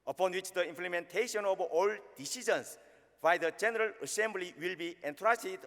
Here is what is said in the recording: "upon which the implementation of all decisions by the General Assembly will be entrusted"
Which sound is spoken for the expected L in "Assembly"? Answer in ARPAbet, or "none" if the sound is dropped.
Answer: L